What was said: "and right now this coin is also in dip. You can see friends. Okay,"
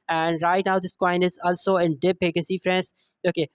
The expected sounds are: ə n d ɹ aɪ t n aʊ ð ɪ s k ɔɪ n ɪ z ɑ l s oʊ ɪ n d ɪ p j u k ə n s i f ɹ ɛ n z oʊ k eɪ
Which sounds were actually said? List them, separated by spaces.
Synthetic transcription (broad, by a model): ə n d ɹ aɪ t n aʊ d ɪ s k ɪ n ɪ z ɑ l s oʊ ɪ n d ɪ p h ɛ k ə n s i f ɹ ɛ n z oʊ k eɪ